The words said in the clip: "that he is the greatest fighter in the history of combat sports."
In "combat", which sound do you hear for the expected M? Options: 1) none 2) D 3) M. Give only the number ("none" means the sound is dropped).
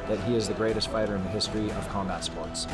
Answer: 3